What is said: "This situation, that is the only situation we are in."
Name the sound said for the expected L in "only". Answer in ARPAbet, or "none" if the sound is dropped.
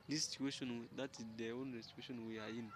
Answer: none